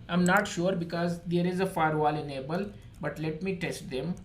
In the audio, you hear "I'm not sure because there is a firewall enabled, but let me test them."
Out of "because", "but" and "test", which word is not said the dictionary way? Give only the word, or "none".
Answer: none